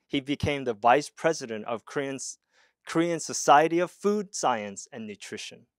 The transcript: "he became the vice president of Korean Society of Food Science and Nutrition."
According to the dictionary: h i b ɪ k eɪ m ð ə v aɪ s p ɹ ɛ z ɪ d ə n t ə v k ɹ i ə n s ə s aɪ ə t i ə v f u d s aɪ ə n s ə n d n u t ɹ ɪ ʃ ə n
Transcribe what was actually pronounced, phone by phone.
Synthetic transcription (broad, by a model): h i b ɪ k eɪ m ð ə v aɪ s p ɹ ɛ z ɪ d ə n t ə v k ɹ i ə n s ə s aɪ ə t i ə v f u d s aɪ ə n s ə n n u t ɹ ɪ ʃ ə n